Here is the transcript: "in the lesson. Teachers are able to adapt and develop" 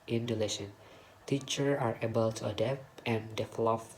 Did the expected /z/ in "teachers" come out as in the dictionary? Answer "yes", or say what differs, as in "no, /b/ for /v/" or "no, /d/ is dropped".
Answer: no, /z/ is dropped